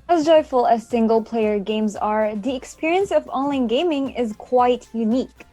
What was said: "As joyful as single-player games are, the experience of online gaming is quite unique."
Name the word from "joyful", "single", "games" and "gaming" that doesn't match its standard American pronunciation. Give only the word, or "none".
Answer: none